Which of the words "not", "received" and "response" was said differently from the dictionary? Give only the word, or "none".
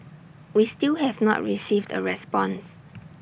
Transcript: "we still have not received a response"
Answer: none